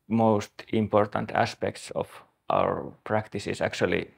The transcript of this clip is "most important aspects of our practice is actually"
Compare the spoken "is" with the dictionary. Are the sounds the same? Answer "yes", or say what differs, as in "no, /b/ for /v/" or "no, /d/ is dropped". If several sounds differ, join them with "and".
no, /s/ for /z/